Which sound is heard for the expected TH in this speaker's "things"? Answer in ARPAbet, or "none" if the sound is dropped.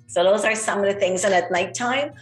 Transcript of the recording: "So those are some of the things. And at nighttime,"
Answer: TH